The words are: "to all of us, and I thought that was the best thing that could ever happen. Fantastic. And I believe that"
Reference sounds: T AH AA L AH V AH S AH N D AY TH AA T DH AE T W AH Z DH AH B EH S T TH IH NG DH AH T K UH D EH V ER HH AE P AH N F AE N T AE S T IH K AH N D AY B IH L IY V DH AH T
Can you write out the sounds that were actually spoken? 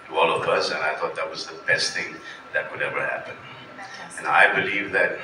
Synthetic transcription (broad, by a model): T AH AA L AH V AH S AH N AY TH AA T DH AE T W AH Z DH AH B EH S T TH IH NG DH AH T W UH D EH V ER HH AE P AH N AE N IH AH B IH L IY V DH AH T